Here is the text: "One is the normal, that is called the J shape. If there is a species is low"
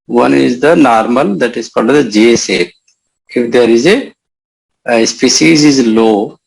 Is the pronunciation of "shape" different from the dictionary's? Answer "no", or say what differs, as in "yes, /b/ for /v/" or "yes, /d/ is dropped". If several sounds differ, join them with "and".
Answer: yes, /s/ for /ʃ/